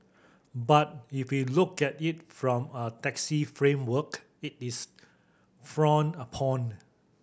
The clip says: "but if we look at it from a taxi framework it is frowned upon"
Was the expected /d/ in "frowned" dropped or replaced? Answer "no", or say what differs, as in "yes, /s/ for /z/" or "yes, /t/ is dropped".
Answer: yes, /d/ is dropped